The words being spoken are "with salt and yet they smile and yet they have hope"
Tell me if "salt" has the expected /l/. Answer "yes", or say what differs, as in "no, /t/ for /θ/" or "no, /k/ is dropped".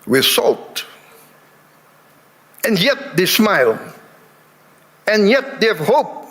yes